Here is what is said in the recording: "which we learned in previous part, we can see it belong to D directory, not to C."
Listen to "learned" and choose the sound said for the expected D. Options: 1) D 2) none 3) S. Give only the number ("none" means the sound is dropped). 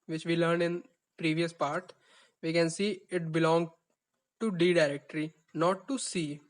2